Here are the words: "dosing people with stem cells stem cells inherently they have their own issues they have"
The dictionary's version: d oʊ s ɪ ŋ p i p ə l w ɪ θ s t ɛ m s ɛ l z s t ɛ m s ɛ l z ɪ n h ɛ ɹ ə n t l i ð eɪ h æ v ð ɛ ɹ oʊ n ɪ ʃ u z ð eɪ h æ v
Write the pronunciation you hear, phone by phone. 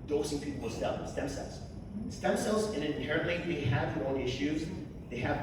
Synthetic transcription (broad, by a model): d oʊ s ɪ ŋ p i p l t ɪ s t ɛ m s ɛ l z s t ɛ m s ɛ l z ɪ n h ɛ ɹ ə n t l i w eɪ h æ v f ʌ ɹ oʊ l ɪ ʃ u z ð eɪ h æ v